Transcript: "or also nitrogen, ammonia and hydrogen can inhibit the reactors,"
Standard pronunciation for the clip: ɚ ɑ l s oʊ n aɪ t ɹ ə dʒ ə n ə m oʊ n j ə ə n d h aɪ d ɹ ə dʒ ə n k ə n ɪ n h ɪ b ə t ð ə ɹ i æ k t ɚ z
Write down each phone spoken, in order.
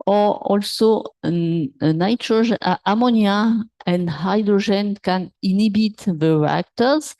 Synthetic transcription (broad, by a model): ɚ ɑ l s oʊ n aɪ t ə ʒ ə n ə m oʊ n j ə ə n d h aɪ d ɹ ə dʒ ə n k ə n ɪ n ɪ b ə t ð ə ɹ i k t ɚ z